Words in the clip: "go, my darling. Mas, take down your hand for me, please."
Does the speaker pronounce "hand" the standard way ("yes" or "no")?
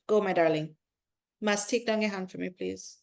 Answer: yes